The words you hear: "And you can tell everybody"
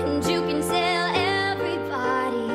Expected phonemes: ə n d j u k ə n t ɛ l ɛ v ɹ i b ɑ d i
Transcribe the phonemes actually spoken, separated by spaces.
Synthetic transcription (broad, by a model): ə n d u k ə n s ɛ l ɛ v ɹ i b ɑ d i